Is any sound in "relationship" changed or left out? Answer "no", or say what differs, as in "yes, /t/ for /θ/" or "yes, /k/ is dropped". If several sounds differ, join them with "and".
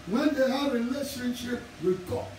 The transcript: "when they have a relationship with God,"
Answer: yes, /l/ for /ɹ/